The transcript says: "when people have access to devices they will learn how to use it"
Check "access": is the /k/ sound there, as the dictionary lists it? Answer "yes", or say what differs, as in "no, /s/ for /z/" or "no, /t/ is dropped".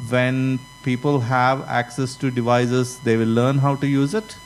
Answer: yes